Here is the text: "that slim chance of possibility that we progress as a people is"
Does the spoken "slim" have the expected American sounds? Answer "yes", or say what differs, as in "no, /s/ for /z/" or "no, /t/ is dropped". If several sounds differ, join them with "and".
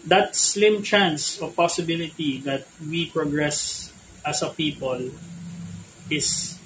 yes